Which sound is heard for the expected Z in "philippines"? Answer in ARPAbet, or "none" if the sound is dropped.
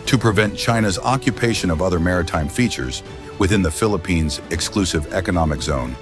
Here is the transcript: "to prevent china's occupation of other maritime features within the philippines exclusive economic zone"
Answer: Z